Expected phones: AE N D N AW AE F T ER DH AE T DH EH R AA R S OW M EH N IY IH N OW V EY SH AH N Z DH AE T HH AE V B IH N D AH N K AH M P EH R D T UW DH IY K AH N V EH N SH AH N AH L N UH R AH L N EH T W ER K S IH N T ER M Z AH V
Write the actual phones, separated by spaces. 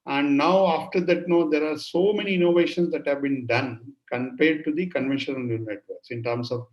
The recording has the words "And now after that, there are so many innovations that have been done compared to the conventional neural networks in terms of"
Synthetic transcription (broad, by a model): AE N D N AW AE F T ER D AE T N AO R AA R S OW M EH N IY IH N OW V EY SH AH N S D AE T HH AE V B IH N D AH N K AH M P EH R D T UW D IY K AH N V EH N SH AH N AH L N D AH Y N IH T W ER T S IH N T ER M S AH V